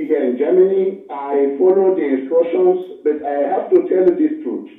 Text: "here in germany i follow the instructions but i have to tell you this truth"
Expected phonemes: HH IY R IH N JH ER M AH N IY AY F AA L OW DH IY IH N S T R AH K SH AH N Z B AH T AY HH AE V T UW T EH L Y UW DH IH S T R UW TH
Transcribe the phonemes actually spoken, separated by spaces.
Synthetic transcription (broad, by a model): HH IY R IH N JH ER M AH N IY AY F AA L OW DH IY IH S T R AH SH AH N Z B AH T AY HH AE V T UW T EH L Y UW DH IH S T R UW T